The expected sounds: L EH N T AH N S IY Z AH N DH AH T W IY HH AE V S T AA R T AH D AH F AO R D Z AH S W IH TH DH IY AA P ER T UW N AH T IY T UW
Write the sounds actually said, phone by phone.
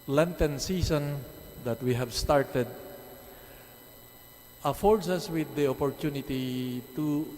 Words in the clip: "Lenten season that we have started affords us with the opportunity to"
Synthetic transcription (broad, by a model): L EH N T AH N S IY S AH N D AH T W IY HH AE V S T AA R T AH D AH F AO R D S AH S W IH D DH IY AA P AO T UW N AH T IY T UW